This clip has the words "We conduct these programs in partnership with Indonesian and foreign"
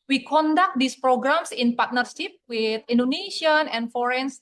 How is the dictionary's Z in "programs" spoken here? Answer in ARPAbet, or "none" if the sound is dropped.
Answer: S